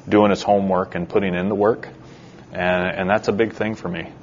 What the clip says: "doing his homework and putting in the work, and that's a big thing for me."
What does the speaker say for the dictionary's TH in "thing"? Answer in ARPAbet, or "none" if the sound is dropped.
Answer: TH